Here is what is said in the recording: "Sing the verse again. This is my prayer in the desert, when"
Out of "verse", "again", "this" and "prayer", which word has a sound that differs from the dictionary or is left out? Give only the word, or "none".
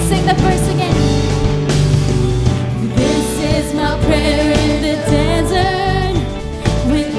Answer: verse